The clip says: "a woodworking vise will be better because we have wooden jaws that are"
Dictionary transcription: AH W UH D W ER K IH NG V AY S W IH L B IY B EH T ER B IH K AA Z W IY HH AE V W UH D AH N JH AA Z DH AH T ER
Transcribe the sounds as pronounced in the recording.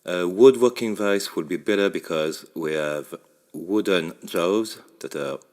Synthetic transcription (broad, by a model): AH W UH D W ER K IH NG V AY S W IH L B IY B EH T ER B IH K AA Z W IY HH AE V W UH D AH N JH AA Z DH AH T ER